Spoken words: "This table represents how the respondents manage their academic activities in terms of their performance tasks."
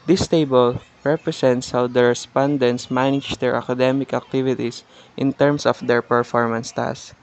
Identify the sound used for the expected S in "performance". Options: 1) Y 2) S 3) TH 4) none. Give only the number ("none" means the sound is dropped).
2